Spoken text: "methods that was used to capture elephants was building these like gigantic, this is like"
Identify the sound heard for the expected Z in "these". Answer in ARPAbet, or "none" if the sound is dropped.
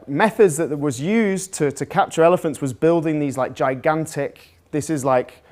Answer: Z